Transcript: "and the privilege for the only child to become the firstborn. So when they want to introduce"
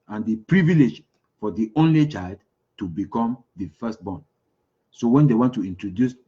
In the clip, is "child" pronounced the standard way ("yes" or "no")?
yes